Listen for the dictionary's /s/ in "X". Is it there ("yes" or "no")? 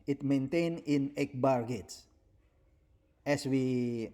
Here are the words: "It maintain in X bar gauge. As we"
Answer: no